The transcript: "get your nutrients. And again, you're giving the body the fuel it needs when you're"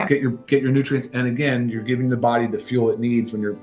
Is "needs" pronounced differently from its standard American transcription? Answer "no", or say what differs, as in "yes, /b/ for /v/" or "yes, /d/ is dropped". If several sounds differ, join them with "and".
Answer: no